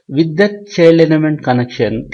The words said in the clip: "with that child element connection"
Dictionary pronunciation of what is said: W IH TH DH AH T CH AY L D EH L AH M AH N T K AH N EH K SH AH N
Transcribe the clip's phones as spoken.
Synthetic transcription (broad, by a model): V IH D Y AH T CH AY L AH N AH M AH N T K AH N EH K SH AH N